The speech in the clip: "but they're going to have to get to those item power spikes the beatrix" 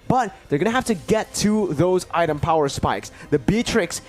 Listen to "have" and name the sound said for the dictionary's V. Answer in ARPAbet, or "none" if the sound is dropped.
F